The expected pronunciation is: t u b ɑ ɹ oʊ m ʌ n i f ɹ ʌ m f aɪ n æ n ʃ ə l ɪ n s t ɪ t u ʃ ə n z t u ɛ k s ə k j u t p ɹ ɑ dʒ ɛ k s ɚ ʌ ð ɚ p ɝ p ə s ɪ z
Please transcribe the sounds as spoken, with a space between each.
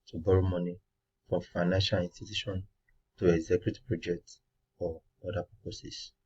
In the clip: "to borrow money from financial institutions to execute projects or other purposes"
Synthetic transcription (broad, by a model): t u b ɑ ɹ oʊ m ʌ n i f ɹ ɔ m f aɪ n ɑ n ʃ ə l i n s t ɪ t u ʃ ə n t u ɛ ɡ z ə k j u t p ɹ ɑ dʒ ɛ k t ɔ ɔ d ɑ p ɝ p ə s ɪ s